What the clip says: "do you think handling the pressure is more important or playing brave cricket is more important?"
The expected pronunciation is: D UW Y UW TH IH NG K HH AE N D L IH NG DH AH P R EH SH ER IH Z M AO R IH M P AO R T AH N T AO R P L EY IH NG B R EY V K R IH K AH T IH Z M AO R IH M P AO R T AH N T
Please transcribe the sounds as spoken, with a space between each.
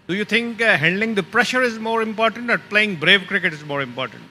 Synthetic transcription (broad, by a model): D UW Y UW T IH NG K HH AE N D L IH NG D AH P R EH SH ER IH Z M AO R IH M P AO R T AH N T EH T P L EY IH NG B R EY V K R IH K AH T IH Z M AO R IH M P AO R T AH N T